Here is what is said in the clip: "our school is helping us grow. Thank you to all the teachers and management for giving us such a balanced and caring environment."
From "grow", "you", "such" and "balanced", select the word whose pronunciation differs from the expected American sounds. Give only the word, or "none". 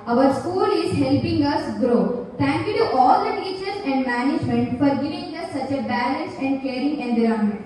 balanced